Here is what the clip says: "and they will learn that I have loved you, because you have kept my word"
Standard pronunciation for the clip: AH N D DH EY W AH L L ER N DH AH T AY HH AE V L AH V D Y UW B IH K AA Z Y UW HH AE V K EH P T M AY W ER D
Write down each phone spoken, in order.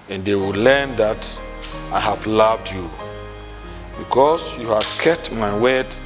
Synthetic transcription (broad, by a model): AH N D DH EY W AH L L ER N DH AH T AY HH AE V L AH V D Y UW B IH K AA S Y UW HH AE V K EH T M AY W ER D